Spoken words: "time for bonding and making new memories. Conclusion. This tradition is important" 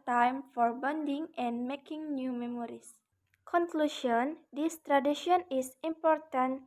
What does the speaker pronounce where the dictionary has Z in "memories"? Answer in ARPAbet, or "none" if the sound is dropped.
S